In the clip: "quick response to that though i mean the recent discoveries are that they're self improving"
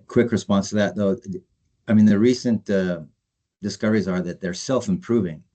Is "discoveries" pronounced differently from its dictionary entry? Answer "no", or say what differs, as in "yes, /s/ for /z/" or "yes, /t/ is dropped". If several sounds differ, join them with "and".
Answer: no